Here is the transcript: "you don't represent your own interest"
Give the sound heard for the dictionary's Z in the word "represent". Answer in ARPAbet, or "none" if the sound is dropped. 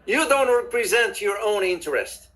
Z